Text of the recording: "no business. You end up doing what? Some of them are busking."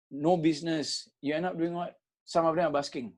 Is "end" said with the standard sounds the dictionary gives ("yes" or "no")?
no